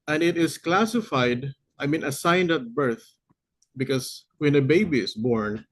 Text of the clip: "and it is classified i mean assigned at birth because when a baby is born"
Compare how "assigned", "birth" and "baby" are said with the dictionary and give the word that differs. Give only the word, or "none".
none